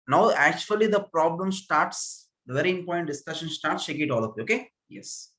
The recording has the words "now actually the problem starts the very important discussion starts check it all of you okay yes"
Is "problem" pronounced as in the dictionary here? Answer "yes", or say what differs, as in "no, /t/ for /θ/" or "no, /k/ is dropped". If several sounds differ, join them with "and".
yes